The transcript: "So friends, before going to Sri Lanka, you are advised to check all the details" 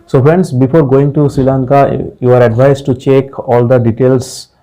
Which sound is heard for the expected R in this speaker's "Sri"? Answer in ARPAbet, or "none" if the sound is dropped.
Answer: R